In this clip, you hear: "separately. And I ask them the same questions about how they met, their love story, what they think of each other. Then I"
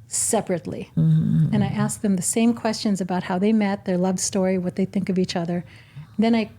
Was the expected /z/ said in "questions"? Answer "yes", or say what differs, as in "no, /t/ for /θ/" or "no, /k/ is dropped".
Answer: yes